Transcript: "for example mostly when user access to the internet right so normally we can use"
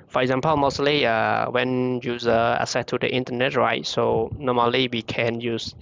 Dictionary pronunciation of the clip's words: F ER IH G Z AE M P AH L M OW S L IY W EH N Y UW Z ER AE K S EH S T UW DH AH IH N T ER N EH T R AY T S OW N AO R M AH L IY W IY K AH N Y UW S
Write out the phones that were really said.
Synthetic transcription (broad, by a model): F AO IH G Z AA M P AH L M OW S L IY W EH N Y UW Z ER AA S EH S T UW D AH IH N T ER N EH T R AY T S OW N AO M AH L IY W IY K AH N Y UW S